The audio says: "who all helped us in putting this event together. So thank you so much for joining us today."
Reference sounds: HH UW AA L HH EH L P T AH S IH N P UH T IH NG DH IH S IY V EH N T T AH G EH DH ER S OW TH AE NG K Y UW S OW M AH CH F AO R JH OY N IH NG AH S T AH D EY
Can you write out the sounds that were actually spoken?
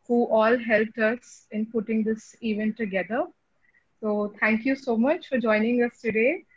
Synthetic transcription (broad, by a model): HH UW AA L HH EH L P T AH S IH N P UH T IH NG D IH S IY V EH N T T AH G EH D ER S OW T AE NG K Y UW S OW M AH CH F AO R JH OY N IH NG AH S T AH D EY